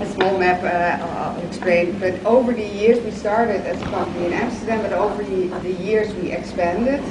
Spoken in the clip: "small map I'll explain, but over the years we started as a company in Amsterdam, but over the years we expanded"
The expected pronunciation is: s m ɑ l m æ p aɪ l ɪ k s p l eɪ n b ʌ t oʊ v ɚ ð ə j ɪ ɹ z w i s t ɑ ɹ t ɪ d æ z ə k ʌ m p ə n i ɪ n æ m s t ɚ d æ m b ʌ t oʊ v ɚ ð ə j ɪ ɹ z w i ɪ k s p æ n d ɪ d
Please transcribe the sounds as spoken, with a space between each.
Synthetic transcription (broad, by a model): s m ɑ l m æ p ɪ k s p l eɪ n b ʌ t oʊ v ɚ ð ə j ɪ ɹ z w i s t ɑ ɹ t ɪ d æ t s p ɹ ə l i ɪ n æ m s t ɚ d æ m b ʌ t oʊ v ɚ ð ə j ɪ ɹ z w i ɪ k s p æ n d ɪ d